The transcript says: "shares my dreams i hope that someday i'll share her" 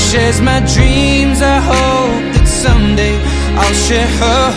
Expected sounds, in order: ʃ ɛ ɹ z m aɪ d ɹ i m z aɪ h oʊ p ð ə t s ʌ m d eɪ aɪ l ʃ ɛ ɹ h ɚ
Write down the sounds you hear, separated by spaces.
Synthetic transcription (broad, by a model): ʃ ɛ z m aɪ d ɹ i m z aɪ h oʊ p ð ə t s ʌ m d eɪ aɪ l ʃ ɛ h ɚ